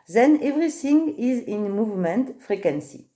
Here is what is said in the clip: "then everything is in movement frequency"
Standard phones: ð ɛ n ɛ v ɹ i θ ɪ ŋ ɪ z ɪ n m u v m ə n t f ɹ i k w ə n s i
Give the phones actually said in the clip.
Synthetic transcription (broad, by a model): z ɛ n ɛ v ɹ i s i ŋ ɪ z ɪ n m u v m ə n t f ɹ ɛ k w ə n s i